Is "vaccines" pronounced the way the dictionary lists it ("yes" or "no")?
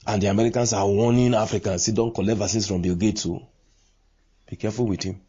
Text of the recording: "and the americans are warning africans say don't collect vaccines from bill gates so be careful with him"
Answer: no